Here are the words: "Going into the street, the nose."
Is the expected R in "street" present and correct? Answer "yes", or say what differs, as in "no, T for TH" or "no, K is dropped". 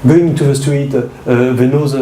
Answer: no, W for R